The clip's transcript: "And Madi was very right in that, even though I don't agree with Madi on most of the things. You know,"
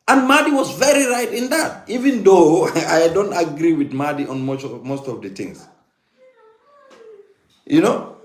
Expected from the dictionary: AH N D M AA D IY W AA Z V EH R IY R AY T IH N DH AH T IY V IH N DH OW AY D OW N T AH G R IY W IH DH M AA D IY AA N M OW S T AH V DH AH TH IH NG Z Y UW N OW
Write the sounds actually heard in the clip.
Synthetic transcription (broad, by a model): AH N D M AA D IY W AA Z V EH R IY R AY T IH N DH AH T IY V IH N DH OW AY D OW N T AH G R IY W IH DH M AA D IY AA N M OW S T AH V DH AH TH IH NG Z Y UW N OW